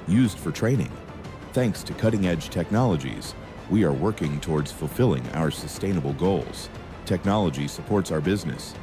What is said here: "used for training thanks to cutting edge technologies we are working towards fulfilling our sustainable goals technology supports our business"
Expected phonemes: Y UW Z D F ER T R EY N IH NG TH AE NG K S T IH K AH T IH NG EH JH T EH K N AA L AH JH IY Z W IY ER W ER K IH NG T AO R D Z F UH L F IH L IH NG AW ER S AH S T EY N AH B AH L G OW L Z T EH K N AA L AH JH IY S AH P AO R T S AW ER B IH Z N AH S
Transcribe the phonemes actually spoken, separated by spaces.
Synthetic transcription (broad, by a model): Y UW Z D F ER T R EY N IH NG TH AE NG K S T IH K AH T IH NG EH JH T EH K N AA L AH JH IY Z W IY ER W ER K IH NG T AO R D Z F L F IH L IH NG AW ER S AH S T EY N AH B L G OW L Z T EH K N AA L AH JH IY S AH P AO R T S AW ER B IH Z N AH S